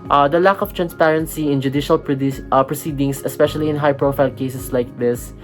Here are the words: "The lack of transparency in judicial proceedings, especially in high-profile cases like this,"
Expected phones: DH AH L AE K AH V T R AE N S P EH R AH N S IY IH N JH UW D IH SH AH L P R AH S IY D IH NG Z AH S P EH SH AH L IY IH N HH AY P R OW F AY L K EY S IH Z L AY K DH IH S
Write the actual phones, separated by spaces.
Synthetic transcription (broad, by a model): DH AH L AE K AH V T R AE N S P EH R AH N S IY IH N JH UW D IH SH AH L P R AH S IY D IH NG S AH S P EH SH AH L IY IH N HH AY P R OW F AY L K EY S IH S L AY K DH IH S